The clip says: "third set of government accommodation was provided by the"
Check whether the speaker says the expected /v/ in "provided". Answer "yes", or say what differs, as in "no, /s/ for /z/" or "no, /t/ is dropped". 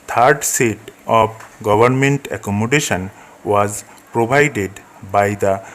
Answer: no, /b/ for /v/